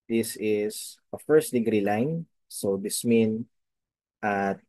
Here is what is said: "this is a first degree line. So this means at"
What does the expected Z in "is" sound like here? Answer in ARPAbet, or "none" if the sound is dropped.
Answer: S